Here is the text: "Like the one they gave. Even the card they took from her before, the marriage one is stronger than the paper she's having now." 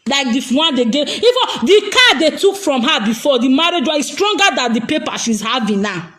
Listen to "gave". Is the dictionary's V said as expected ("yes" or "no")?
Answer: no